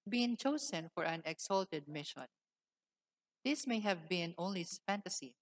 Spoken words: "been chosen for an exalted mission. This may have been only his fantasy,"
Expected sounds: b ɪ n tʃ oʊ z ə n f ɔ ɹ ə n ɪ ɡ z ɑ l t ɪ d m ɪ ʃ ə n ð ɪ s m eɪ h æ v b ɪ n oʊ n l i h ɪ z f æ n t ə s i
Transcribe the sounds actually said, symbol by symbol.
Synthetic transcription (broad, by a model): b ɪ n tʃ oʊ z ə n f ɔ ɹ ə n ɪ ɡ s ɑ l t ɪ d m ɪ ʃ ə n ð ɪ s m eɪ h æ v b ɪ n oʊ n l i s f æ n t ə s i